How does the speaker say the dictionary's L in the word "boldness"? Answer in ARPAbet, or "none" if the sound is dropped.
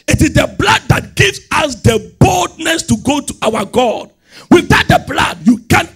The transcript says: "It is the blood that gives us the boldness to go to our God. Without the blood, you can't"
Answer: L